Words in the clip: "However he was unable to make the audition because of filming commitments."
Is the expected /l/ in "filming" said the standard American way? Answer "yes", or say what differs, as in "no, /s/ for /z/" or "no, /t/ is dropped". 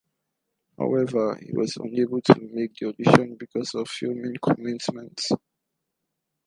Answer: no, /l/ is dropped